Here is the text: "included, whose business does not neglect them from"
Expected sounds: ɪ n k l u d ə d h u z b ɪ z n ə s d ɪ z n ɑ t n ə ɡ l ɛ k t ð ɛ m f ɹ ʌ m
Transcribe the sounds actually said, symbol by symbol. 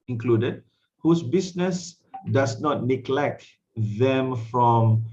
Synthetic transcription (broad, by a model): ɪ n k l u d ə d h u s b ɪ s n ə s d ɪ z n ɑ t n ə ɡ l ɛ k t ð ɛ m f ɹ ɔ m